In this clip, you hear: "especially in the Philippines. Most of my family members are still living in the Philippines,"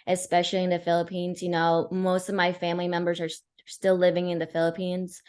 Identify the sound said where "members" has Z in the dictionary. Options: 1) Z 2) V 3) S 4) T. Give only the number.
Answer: 1